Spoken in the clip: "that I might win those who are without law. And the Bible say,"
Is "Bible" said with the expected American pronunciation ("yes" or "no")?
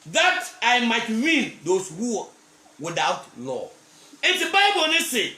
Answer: no